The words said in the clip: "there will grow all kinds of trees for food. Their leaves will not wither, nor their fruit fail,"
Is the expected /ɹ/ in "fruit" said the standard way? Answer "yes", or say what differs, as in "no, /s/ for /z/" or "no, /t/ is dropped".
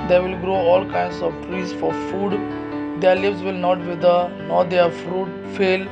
yes